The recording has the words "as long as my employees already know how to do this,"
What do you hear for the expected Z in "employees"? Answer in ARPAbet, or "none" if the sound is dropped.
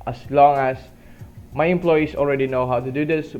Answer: S